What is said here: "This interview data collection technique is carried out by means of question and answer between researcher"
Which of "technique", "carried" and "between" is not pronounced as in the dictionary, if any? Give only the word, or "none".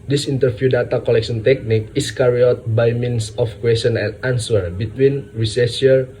carried